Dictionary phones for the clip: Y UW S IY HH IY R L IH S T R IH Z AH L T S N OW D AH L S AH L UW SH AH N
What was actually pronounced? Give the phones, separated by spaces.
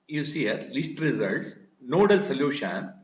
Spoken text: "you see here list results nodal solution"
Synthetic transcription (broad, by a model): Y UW S IY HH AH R L IH S T R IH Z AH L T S N OW D AH L S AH L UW SH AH N